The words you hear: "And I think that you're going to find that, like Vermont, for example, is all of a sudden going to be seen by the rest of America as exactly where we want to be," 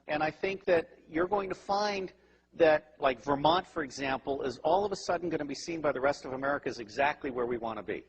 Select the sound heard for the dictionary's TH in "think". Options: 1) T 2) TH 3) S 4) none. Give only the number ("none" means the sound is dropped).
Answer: 2